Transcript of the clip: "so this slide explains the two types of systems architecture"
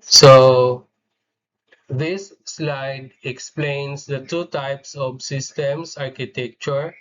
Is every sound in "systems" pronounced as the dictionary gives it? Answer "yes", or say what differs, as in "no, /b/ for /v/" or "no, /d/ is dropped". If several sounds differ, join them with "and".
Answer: no, /s/ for /z/